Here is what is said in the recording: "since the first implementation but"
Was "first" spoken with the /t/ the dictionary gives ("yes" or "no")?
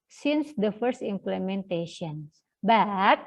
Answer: yes